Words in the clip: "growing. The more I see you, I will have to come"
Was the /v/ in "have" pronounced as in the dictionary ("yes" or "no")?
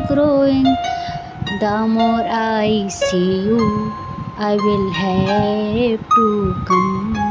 no